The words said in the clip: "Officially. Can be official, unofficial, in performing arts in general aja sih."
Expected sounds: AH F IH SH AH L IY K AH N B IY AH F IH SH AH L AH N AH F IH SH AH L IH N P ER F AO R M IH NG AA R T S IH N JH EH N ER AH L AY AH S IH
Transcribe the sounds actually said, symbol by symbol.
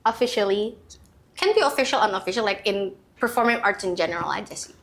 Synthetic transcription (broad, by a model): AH F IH SH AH L IY K AH N B IY AH F IH SH AH L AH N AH F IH SH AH L IH N P ER F AO R M IH NG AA R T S IH N JH EH N ER AH L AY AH S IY